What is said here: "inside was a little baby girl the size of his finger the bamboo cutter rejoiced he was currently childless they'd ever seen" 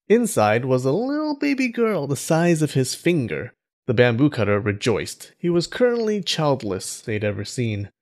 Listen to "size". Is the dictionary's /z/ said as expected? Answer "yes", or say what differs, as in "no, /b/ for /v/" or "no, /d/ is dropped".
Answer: yes